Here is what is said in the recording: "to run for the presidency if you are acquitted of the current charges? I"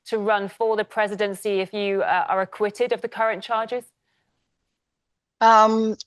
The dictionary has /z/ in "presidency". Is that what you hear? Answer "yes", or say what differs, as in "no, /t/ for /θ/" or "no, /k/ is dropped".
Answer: yes